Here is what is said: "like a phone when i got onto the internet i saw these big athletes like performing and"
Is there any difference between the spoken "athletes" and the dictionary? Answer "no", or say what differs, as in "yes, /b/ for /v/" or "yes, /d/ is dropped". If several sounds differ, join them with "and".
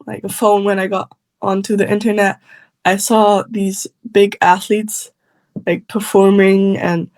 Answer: no